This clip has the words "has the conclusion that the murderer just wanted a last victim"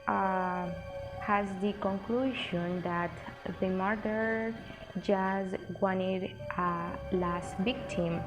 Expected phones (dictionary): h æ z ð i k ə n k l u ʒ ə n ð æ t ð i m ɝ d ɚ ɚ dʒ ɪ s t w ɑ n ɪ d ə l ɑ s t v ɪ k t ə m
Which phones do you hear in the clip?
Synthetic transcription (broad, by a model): h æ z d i k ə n k l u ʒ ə n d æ t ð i m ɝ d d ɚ dʒ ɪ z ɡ w ɑ n ɪ d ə l ɑ s t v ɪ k t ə m